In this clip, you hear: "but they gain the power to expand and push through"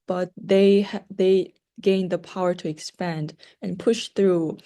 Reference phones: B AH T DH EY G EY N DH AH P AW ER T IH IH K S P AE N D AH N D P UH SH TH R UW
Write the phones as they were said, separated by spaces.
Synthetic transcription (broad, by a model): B AH T DH EY G EY N DH AH P AW ER T IH IH K S P AE N D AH N P UH SH TH R UW